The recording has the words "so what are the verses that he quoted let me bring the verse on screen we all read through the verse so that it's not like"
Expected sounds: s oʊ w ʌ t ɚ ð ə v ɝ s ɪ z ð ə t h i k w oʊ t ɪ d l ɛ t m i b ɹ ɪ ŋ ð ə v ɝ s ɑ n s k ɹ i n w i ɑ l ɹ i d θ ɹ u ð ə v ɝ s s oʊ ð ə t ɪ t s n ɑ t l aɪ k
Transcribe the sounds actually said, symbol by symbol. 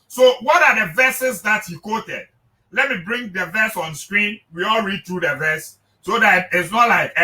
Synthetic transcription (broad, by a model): s oʊ w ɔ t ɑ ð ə v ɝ s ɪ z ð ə t h i k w oʊ t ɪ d l ɛ t m i b ɹ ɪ ŋ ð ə v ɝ s ɑ n s k ɹ i n w i ɑ l ɹ i d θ ɹ u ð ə v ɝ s s oʊ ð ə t ɪ t s n ɑ t l aɪ k